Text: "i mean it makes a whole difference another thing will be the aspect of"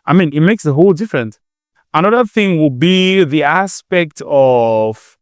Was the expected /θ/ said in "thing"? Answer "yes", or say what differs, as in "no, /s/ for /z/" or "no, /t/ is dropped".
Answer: yes